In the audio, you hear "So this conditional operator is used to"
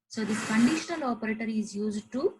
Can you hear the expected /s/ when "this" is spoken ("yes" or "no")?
no